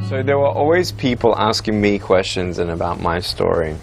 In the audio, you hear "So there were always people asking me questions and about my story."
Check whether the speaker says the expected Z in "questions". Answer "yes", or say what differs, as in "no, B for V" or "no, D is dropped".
yes